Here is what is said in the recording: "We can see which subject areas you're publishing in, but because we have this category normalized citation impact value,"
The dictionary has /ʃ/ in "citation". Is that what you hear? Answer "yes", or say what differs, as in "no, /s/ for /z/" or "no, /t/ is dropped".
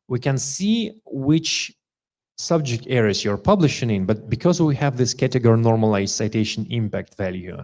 yes